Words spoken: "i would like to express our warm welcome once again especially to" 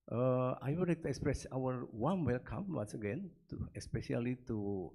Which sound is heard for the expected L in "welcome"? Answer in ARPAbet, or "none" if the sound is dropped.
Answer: L